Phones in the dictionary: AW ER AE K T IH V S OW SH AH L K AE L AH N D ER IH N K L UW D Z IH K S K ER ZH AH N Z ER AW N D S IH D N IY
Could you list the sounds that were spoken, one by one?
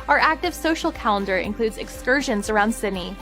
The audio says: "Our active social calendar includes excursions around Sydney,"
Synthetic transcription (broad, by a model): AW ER AE K T IH V S OW SH L K AE L AH N D ER IH N K L UW D Z IH K S K ER ZH AH N Z ER AW N D S IH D N IY